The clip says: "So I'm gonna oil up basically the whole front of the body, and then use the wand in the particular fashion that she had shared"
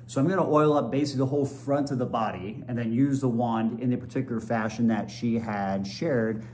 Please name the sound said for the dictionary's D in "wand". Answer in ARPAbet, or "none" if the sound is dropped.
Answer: D